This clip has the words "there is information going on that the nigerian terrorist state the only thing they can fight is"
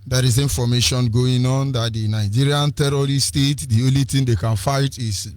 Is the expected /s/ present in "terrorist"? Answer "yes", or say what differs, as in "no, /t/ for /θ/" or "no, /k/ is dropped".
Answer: no, /s/ is dropped